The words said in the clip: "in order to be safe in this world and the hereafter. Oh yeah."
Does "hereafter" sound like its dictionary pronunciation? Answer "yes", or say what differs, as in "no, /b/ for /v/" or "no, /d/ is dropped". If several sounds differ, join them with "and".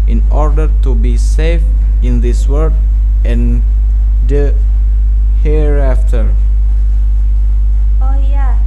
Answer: yes